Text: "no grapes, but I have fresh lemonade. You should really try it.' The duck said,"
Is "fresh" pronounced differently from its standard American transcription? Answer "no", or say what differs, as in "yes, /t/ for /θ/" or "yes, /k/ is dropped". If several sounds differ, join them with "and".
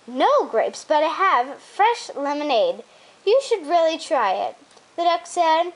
no